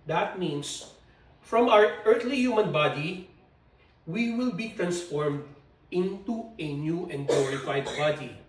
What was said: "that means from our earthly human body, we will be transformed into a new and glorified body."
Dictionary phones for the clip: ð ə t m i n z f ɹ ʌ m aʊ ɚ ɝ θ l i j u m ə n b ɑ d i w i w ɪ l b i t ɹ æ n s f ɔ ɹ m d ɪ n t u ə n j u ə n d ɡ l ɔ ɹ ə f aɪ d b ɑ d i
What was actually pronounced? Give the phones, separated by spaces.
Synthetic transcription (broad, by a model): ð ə t m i n s f ɹ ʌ m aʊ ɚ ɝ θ l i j u m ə n b ɑ d i w i w ɪ l b i t ɹ æ n s f ɔ ɹ m d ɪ n t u ə n j u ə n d ɡ l ɔ ɹ ə f aɪ d b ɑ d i